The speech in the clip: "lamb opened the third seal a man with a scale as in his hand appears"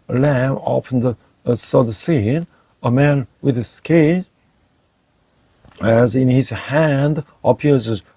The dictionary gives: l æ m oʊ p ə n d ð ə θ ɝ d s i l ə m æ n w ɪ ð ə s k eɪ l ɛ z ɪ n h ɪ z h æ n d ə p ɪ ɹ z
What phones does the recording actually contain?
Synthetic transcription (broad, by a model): l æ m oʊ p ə n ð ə s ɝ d s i n ə m æ n w ɪ ð ə s k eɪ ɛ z ɪ n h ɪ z h æ n d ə p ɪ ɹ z